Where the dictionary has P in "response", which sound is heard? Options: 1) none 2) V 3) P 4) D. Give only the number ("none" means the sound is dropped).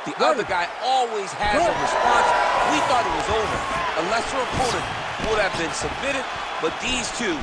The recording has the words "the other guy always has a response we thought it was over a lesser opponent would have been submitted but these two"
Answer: 1